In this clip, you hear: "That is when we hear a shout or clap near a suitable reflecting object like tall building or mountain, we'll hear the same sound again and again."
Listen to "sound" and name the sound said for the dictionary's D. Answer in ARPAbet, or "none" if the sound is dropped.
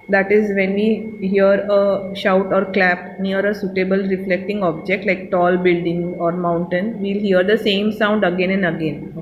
D